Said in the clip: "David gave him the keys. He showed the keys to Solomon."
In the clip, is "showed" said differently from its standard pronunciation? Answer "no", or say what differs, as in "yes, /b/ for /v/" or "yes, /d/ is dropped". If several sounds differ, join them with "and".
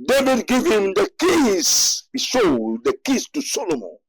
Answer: yes, /s/ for /ʃ/